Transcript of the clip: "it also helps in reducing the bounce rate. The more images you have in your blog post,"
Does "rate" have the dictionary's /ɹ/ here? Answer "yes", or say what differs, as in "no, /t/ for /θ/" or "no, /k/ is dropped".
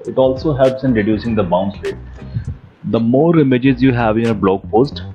no, /l/ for /ɹ/